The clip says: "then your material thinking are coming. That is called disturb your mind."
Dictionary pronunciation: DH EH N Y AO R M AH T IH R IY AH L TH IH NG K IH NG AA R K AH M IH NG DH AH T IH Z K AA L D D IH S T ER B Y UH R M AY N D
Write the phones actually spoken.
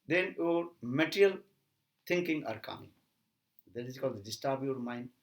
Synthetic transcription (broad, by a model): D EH N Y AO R M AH T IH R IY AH L T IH NG K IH NG AA R K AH M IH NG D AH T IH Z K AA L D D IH S T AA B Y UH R M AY N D